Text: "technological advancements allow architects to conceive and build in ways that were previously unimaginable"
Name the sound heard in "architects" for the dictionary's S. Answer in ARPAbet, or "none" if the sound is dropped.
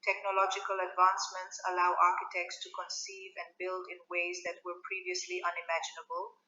S